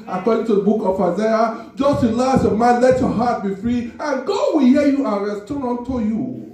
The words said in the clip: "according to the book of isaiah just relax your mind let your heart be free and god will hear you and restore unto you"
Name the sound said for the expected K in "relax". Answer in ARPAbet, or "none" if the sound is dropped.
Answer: none